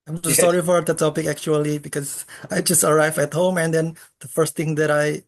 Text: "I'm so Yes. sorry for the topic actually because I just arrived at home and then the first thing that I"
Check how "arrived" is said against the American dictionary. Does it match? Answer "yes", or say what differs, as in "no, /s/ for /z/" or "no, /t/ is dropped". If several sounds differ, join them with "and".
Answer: no, /d/ is dropped